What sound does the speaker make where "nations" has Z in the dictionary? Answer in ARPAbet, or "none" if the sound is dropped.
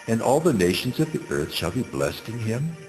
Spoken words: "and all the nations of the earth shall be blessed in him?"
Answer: Z